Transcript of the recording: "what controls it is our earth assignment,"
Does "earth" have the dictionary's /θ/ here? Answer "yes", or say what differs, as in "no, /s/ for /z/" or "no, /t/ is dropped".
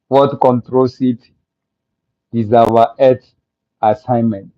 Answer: no, /t/ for /θ/